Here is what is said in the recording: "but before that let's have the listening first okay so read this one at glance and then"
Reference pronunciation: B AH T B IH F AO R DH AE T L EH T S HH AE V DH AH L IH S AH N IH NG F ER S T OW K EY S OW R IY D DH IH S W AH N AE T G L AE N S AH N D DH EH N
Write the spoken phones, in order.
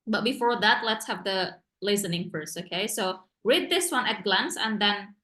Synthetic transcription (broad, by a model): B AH T B IH F AO R DH AE T L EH T S HH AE V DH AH L IH S AH N IH NG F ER S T OW K EY S OW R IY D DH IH S W AH N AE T G L AE N S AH N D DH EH N